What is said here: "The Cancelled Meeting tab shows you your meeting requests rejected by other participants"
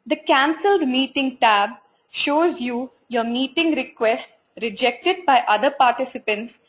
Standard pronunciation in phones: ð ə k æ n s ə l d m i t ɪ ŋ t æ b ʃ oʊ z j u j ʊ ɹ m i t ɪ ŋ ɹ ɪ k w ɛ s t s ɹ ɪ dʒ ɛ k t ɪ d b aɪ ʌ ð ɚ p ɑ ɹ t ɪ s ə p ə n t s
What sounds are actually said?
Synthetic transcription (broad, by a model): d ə k æ n s ə l d m i t ɪ ŋ t æ b ʃ oʊ z j u j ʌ ɹ m i t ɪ ŋ ɹ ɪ k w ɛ s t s ɹ ɪ dʒ ɛ k t ɪ d b aɪ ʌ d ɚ p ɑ ɹ t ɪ s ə p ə n t s